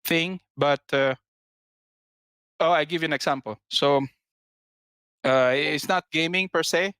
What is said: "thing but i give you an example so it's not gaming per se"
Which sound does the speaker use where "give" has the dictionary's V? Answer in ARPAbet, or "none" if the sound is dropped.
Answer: V